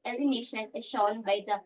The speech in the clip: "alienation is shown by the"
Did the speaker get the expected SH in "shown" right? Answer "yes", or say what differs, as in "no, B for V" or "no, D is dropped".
yes